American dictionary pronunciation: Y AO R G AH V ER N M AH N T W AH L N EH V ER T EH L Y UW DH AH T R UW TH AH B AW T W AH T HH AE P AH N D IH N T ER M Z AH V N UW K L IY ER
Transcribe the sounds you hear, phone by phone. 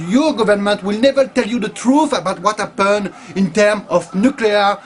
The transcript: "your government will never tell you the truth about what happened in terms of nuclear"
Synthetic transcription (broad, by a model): Y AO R G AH V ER N M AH N T W AH L N EH V ER T EH L Y UW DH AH T R UW TH AH B AW T W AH T HH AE P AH N IH N T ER M AH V N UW K L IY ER